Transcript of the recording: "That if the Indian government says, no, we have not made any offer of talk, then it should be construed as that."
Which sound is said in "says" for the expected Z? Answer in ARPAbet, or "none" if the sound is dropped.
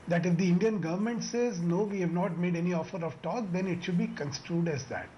Z